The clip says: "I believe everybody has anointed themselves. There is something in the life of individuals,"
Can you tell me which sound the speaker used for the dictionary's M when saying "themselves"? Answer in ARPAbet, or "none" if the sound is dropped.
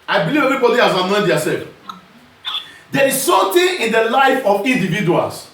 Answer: none